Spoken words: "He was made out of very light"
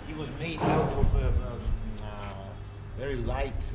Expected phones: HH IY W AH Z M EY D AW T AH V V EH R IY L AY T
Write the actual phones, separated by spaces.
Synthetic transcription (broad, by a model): HH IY W AH Z M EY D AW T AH F V EH R IY L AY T